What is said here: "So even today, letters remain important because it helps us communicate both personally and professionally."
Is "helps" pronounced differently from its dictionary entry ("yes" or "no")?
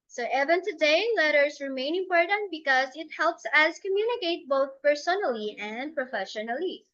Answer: no